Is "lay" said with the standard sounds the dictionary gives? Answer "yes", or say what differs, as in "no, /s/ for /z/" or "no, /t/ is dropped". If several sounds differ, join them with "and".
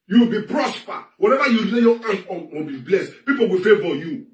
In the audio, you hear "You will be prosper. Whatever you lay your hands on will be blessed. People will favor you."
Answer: no, /w/ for /l/